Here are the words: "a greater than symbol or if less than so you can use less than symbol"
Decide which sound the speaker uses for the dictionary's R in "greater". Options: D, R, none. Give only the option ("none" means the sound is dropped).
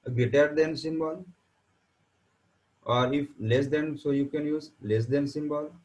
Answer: none